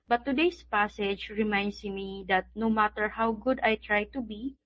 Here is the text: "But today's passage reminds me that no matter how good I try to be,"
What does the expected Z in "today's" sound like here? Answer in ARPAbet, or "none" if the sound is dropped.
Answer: S